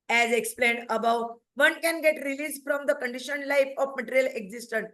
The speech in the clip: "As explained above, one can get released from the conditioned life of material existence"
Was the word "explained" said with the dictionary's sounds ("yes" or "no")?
yes